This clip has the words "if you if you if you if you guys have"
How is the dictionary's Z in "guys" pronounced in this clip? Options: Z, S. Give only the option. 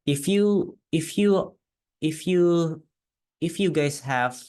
S